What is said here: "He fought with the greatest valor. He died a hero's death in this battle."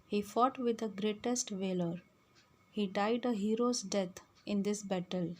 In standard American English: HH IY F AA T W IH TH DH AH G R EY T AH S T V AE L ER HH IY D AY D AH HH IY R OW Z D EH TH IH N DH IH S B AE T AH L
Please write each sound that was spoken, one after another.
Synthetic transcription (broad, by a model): HH IY F AA T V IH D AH G R EY T AH S T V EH L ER HH IY D AY D AH HH IY R OW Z D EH T IH N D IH S B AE T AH L